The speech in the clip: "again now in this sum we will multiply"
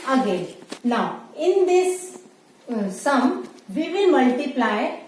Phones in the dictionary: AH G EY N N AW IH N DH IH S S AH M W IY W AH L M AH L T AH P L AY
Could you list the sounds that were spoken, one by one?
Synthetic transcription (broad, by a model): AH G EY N N AW IH N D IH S S AH M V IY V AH N M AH L T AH P L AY